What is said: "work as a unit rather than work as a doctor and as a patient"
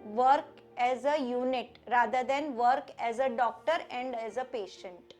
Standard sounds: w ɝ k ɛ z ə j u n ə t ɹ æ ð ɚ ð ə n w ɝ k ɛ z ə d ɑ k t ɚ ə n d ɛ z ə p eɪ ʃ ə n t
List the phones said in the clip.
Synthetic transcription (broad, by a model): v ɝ k ɛ z ə j u n ə t ɹ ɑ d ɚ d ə n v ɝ k ɛ z ə d ɑ k t ɚ ə n d ɛ z ə p eɪ ʃ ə n t